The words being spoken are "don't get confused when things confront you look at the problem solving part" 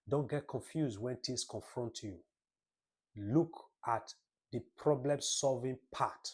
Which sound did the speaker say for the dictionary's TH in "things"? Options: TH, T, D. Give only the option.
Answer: T